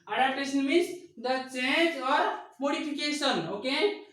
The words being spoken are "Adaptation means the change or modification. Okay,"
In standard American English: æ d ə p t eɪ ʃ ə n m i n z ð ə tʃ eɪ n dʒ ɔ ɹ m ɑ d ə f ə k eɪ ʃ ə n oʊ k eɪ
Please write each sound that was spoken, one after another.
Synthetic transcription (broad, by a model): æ d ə p t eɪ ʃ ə n m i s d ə tʃ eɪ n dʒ ɔ ɹ m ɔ d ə p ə k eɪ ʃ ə n oʊ k eɪ